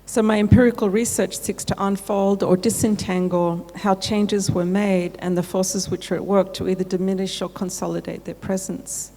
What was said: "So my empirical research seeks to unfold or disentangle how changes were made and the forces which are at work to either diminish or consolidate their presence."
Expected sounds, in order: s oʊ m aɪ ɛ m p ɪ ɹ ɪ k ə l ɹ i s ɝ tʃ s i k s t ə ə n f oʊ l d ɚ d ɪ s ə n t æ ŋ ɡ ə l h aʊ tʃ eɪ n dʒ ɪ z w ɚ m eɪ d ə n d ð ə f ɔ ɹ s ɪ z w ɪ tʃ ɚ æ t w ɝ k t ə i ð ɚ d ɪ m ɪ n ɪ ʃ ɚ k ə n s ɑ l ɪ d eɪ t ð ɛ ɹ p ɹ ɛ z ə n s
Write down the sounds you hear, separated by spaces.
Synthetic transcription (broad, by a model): s oʊ m aɪ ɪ m p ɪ ɹ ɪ k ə l ɹ i s ɝ tʃ s i k s t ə ə n f oʊ l d ɚ d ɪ s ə n t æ ŋ ɡ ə l h aʊ tʃ eɪ n dʒ ɪ z w ɚ m eɪ d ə n ð ə f ɔ ɹ s ɪ z w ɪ tʃ ɚ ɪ t w ɝ k t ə i ð ɚ d ɪ m ɪ n ɪ ʃ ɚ k ə n s ɑ l ɪ d eɪ t ð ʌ ɹ p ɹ ɛ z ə n s